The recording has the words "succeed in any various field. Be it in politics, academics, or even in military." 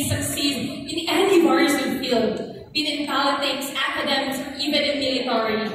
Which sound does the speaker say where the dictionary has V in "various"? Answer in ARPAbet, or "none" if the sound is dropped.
W